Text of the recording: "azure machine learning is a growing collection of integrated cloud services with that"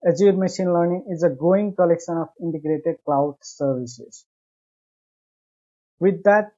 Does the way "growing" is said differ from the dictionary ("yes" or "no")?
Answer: yes